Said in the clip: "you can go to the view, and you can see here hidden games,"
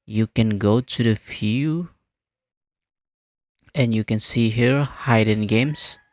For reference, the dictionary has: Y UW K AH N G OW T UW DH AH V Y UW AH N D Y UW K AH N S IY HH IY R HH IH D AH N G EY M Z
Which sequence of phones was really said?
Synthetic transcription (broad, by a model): Y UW K AH N G OW T UW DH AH F Y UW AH N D Y UW K AH N S IY HH IY R HH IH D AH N G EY M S